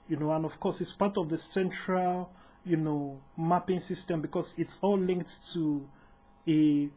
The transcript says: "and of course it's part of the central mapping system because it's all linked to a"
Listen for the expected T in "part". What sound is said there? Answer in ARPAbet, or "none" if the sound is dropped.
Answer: T